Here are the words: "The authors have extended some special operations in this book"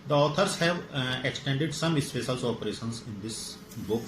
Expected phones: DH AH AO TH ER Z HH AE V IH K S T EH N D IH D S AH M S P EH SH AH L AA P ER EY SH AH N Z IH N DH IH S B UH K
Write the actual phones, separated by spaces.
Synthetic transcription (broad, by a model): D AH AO T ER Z HH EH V IH K S T EH N D IH D S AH M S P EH S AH L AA P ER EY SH AH N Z IH N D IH S B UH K